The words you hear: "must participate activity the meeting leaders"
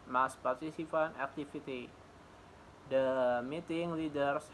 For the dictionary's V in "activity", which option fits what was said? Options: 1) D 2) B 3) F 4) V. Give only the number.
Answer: 3